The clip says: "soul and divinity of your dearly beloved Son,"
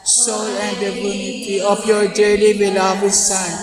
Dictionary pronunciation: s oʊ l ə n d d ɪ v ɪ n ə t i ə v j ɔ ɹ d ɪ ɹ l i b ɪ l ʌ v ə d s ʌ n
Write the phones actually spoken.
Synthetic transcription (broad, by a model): s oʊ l ə n d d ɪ b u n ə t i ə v j ɔ ɹ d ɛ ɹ l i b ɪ l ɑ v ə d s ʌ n